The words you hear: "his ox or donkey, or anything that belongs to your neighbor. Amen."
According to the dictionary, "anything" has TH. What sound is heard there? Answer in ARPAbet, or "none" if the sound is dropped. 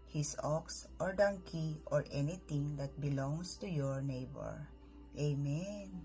T